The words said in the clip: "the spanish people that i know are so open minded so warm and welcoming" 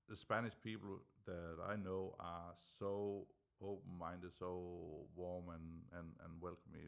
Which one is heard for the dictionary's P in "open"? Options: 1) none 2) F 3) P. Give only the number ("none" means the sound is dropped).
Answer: 1